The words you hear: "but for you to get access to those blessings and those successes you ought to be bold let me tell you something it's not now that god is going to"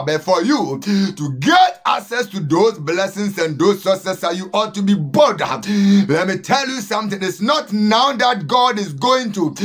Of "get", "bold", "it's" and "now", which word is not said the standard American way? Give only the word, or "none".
bold